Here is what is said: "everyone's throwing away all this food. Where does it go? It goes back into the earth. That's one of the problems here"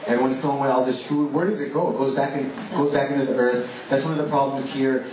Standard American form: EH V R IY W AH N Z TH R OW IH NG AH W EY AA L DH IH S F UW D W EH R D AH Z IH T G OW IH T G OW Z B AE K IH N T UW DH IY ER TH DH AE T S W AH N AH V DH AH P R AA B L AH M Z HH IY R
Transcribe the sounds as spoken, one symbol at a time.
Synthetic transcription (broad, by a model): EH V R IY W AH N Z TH OW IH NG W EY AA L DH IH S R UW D W EH R D AH Z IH T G OW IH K G OW Z B AE K IH N T UW DH IY ER TH DH AE T S W AH N AH V DH AH P R AA B L AH M Z HH IY R